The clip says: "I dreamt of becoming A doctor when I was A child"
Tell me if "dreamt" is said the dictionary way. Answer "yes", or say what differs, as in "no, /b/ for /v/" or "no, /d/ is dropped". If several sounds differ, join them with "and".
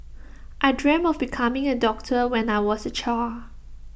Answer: no, /t/ is dropped